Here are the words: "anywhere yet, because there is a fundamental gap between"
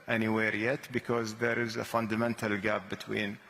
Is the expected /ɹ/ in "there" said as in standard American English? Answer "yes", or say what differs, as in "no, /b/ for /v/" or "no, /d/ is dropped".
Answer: yes